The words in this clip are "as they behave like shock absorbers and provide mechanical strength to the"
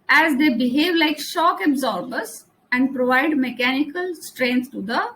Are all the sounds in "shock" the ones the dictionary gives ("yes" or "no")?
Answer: yes